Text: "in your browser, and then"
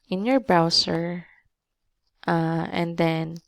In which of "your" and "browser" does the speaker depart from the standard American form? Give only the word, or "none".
browser